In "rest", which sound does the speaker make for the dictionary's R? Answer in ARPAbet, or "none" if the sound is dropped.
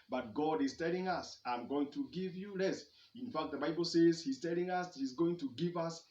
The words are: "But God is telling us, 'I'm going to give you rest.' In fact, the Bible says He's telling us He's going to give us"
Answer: L